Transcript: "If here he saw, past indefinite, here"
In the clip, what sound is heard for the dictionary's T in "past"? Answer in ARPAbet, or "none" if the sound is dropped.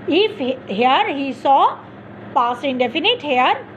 none